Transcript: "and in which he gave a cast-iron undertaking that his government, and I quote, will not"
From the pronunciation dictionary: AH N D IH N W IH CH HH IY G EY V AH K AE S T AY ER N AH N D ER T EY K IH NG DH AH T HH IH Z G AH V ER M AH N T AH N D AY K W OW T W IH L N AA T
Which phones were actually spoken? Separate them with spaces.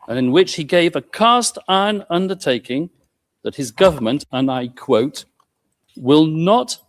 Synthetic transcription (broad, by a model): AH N IH N W IH CH HH IY G EY V AH K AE S T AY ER N AH N D ER T EY K IH NG DH AH T HH IH Z G AH V ER M AH N T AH N AY K W OW T W IH L N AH T